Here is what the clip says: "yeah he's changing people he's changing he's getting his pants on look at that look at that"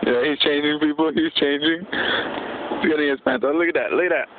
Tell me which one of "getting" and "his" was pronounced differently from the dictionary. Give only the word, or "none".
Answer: his